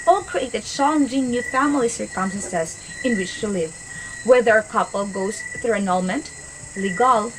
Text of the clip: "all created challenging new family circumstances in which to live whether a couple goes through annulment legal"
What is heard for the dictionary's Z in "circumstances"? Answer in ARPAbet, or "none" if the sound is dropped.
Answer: S